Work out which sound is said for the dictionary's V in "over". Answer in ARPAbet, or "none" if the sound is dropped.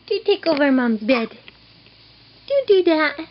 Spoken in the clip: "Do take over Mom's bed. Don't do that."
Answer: V